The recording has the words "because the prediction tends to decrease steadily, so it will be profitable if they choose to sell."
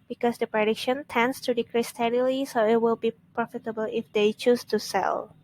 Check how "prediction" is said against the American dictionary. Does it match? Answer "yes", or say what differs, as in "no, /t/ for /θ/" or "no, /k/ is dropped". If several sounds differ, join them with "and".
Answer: yes